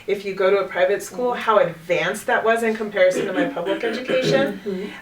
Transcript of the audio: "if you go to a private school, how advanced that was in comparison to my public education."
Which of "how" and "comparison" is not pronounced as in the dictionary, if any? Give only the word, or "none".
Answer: none